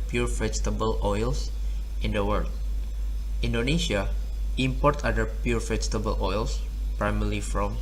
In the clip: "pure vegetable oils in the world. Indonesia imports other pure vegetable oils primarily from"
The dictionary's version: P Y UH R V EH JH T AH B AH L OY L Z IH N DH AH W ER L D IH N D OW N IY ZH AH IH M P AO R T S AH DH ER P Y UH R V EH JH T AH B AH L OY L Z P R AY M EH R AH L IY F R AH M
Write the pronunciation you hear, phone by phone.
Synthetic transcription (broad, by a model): P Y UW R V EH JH T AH B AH L OY L S IH N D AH W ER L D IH N D OW N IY SH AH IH M P AO R T AH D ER P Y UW R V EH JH T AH B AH L OY L S P R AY M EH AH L IY F R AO M